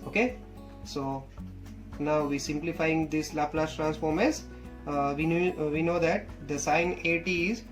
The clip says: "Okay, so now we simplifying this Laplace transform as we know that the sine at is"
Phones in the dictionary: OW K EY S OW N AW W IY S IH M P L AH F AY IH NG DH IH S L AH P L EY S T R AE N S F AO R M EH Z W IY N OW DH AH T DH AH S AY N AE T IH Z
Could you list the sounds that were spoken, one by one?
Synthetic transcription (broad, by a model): OW K EY S OW N AW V IY S IH M P L AH F AY IH NG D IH S L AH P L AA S T R AE N S F AO R M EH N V IY N OW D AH T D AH S AY N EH T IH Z